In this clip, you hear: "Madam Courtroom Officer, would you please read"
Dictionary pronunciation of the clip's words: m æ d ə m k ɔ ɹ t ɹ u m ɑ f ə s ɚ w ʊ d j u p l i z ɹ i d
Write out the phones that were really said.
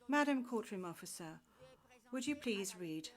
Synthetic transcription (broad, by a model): m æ d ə m k ɔ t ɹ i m ɑ f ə s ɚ w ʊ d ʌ p l i z ɹ i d